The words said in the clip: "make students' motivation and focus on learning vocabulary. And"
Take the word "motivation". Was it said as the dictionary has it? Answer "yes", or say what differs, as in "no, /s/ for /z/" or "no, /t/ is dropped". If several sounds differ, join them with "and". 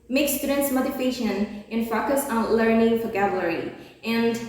no, /f/ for /v/